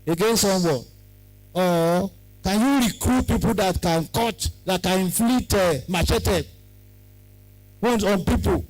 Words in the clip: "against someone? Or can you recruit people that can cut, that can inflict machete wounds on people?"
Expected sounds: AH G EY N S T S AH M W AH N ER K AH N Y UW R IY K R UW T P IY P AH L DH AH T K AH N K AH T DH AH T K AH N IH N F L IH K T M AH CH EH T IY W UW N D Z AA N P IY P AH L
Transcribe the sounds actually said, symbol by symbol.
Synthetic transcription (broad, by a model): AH G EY N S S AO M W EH AO K AH N Y UW R IY K R UW T P IY P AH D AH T K AH N K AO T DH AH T K AH N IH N F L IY T M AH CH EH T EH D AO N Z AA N P IY P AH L